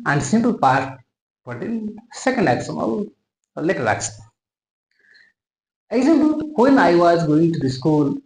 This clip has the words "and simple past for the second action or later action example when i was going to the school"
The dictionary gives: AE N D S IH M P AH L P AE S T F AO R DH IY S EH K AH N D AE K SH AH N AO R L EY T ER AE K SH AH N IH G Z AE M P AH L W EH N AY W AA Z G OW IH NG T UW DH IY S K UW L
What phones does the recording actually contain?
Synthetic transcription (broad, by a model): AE N D S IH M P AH L P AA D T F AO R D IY S EH K AH N D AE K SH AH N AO L L EY T ER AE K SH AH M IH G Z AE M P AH L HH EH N AY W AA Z G OW IH NG T UW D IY S K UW L